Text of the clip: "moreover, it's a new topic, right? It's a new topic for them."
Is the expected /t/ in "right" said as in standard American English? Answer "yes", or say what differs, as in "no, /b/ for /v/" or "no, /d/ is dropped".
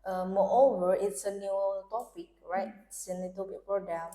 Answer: no, /t/ is dropped